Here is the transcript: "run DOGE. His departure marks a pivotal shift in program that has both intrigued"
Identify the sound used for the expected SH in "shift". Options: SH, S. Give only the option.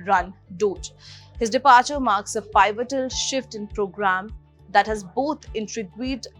SH